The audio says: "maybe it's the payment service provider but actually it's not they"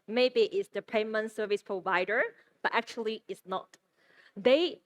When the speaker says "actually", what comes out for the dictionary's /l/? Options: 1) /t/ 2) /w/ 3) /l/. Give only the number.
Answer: 3